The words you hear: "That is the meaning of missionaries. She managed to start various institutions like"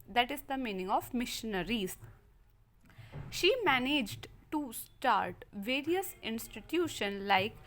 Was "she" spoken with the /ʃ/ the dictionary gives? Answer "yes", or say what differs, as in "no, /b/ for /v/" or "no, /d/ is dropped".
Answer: yes